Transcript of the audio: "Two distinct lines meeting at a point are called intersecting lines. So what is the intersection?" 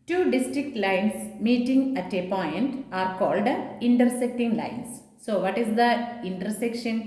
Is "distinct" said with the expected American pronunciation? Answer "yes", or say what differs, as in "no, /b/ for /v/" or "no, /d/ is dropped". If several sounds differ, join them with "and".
no, /ŋ/ is dropped